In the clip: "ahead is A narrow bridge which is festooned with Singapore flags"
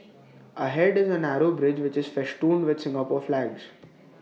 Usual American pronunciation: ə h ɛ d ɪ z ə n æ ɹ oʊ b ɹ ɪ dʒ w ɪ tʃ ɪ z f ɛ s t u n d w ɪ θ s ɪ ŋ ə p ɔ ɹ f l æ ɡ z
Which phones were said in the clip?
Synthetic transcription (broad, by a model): ə h ɛ d ɪ z ə n æ ɹ oʊ b ɹ ɪ dʒ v ɪ tʃ ɪ z f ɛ ʃ t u n d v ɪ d s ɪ ŋ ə p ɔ ɹ f l æ ɡ z